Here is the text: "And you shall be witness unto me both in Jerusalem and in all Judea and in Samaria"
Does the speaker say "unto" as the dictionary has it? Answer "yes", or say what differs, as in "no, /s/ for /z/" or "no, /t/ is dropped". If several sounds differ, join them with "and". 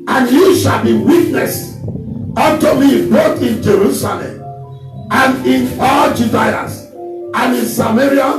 no, /n/ is dropped